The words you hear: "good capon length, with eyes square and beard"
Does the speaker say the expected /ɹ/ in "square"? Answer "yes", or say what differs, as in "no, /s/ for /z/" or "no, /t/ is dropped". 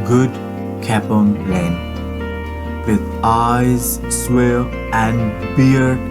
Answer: no, /l/ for /ɹ/